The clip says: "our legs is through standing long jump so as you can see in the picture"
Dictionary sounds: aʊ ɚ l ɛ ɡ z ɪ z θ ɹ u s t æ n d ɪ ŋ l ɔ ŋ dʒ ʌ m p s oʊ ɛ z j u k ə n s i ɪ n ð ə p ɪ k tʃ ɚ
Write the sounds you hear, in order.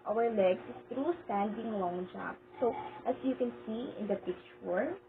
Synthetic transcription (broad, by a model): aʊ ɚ l ɛ ɡ s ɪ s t ɹ u s t æ n d ɪ ŋ l ɔ ŋ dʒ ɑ p s oʊ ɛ s j u k ə n s i ɪ n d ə p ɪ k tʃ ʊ